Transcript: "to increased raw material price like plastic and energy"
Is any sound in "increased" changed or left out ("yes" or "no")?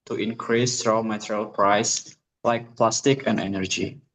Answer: no